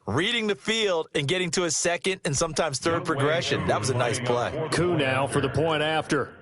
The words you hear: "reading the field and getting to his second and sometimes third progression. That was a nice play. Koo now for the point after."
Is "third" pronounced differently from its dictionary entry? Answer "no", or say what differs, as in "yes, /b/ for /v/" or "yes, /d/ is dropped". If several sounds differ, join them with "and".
no